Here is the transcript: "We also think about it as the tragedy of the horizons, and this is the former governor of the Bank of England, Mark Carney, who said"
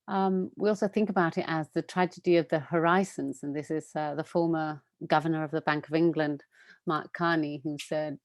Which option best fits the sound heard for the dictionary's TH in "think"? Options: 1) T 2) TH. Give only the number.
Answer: 2